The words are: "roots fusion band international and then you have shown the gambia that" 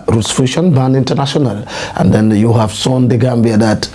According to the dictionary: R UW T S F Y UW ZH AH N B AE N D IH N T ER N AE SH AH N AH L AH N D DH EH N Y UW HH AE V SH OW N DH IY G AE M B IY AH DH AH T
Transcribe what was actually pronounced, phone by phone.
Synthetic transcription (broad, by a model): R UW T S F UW SH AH N B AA N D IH N T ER N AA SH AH N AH L AH N D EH N Y UW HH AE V S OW N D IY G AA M B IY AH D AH T